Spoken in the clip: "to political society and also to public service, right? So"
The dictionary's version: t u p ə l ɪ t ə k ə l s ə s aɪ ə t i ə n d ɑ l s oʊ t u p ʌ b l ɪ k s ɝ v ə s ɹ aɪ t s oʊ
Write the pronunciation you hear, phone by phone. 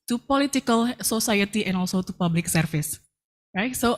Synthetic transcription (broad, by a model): t u p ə l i t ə k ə l s ə s aɪ ə t i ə n ɑ l s oʊ t u p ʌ b l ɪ k s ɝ f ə s ɹ aɪ t s oʊ